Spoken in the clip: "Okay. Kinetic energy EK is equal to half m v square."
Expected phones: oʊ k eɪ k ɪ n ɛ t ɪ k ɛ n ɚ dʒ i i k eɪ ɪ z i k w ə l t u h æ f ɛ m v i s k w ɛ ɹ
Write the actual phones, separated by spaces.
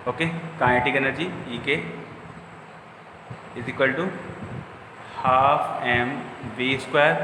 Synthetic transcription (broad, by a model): oʊ k eɪ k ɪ ɛ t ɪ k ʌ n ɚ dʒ i i k eɪ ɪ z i k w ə l t u h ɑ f ɛ m v i s k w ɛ ɹ